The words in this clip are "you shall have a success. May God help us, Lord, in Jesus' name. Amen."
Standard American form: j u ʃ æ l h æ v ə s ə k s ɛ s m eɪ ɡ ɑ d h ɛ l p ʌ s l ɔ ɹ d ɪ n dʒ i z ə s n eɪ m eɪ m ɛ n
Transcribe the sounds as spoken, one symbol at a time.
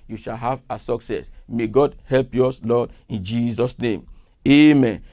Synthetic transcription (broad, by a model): j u ʃ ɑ l h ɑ v ə s ə k s ɛ s m eɪ ɡ ɑ d h ɛ l p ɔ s l ɔ d ɪ n dʒ i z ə s n eɪ m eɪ m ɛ n